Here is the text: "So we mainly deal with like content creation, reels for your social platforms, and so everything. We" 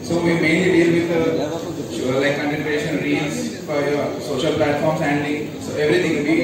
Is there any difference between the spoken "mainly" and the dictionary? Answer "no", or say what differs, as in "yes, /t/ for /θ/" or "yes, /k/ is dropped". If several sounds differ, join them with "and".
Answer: yes, /l/ is dropped